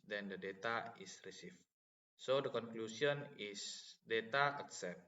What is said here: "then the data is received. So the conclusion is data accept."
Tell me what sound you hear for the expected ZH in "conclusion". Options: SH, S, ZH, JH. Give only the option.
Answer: S